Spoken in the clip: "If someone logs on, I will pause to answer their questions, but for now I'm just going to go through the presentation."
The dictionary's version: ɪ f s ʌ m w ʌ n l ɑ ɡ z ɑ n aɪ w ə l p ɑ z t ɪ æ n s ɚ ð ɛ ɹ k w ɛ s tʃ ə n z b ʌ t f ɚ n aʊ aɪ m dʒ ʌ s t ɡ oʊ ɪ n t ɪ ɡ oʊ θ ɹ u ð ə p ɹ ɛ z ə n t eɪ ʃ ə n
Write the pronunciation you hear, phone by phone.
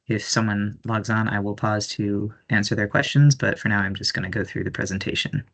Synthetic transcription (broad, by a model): ɪ f s ʌ m w ʌ n l ɑ ɡ z n aɪ w ə l p ɑ z t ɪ æ n s ɚ ð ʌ ɹ k w ɛ s tʃ ə n z b ʌ t f ɚ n aʊ aɪ m dʒ ʌ s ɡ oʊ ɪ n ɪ ɡ oʊ θ ɹ u ð ə p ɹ ɛ z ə n t eɪ ʃ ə n